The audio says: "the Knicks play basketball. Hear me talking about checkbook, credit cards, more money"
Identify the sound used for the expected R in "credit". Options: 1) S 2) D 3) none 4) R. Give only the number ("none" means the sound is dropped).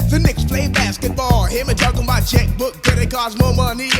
3